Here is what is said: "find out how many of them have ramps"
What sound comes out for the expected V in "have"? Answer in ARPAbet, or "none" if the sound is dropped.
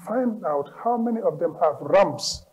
V